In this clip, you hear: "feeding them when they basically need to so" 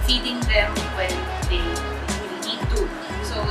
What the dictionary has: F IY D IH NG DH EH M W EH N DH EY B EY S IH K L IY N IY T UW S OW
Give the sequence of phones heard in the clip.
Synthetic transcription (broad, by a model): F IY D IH NG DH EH M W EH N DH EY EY IH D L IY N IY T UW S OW